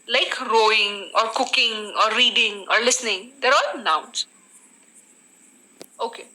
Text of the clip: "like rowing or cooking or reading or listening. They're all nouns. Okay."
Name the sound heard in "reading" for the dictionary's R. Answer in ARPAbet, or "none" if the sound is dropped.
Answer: R